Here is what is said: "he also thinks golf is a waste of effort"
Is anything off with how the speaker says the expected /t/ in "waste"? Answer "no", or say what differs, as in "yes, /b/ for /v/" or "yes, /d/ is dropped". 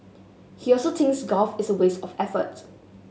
yes, /t/ is dropped